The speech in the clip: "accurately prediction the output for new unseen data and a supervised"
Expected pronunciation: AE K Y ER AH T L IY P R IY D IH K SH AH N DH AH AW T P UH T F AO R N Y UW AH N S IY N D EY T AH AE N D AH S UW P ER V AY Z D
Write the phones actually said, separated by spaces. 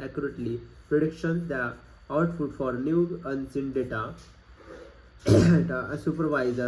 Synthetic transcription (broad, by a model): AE K Y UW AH T L IY P R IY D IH K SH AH N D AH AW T F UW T F AO R N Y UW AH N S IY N D EY T AH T AH S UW P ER V AY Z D